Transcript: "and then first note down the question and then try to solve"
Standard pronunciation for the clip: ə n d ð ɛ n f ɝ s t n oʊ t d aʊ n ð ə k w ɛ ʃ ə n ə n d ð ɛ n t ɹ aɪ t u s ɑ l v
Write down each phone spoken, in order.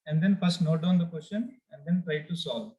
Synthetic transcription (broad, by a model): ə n d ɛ n p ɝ s n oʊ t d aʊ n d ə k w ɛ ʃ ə n ə n d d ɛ n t ɹ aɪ t u s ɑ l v